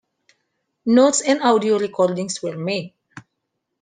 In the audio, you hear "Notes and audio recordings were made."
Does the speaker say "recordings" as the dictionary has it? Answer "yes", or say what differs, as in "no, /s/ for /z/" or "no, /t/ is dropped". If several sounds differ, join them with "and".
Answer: no, /s/ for /z/